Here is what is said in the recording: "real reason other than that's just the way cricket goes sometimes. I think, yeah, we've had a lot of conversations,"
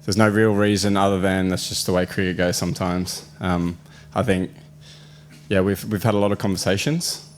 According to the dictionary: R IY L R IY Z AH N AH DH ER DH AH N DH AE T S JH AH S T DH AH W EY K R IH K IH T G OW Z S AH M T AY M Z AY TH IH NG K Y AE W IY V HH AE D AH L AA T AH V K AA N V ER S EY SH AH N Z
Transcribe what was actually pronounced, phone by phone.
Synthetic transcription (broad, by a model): R IY L R IY Z AH N AH DH ER DH AH N DH AE T S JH AH S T DH AH W EY K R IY IH G OW Z S AH M T AY M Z AY TH IH NG K Y AE W IY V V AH D AH L AA T AH V K AA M V ER S EY SH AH N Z